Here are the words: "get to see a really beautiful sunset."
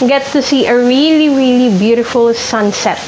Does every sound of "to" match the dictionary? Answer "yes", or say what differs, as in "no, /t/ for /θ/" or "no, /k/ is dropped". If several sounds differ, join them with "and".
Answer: no, /s/ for /t/